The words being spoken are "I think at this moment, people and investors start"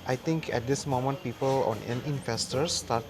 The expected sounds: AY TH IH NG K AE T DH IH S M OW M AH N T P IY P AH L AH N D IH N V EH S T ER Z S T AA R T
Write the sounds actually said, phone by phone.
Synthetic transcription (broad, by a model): AY T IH NG K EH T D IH S M OW M AH N T P IY P AH L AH N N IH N F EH S T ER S T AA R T